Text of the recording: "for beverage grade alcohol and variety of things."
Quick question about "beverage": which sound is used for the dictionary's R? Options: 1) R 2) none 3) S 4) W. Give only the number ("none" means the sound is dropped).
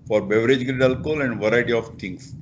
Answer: 1